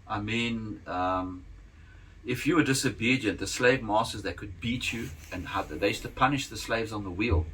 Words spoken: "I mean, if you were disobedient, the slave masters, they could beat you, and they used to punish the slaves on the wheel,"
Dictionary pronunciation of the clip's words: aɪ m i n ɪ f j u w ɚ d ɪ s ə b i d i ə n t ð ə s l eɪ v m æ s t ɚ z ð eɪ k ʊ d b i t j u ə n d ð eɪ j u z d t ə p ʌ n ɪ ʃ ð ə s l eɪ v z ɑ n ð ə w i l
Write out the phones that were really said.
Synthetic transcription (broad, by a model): aɪ m i n ɪ f j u w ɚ d ɪ s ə b i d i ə n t ð ə s l eɪ v m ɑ s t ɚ z ð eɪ k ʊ d b i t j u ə n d ð eɪ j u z t ə p ʌ n ɪ ʃ ð ə s l eɪ v z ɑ n ð ə w i l